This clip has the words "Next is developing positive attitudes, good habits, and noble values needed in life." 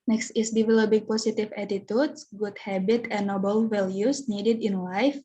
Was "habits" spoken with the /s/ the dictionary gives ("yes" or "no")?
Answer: no